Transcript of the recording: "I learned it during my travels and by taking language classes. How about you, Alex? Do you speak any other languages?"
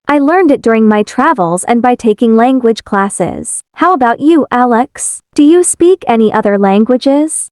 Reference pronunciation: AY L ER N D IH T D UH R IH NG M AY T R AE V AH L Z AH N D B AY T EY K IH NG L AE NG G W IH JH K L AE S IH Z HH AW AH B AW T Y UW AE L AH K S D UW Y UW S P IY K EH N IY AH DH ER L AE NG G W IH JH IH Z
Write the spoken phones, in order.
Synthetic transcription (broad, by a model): AY L ER N D IH T D UH R IH NG M AY T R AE V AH L Z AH N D B AY T EY K IH NG L AE NG G W IH JH K L AE S IH Z HH AW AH B AW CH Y AE L AH K S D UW Y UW S P IY K EH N IY AH DH ER L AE NG G W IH JH IH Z